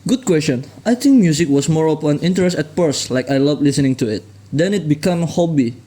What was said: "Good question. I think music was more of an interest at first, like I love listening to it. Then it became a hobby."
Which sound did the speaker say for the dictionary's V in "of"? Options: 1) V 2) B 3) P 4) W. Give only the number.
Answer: 3